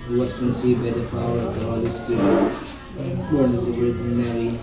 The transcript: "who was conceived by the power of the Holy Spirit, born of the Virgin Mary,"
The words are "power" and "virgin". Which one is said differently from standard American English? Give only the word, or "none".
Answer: virgin